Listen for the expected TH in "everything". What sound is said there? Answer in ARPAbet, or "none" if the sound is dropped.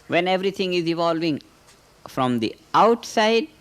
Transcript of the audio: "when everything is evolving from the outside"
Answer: T